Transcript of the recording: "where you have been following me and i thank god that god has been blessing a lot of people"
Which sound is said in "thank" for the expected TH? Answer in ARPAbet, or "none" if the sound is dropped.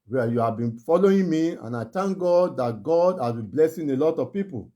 T